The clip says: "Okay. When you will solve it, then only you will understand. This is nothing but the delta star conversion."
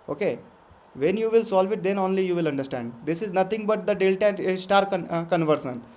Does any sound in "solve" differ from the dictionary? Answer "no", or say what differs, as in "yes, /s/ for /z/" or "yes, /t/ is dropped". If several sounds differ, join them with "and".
no